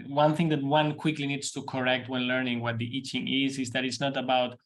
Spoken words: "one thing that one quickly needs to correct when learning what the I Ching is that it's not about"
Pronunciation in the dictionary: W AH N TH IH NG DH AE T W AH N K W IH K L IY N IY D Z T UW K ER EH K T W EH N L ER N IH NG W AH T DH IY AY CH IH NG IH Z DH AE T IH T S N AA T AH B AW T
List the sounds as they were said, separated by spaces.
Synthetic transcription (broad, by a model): W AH N TH IH NG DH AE T W AH N K W IH K L IY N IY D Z T UW K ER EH K T W EH N L ER N IH NG W AH T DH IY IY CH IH NG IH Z DH AE T IH T S N AA T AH B AW T